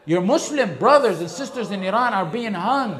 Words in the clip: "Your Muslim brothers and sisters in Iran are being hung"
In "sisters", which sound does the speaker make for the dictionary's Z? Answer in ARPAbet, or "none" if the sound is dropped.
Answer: Z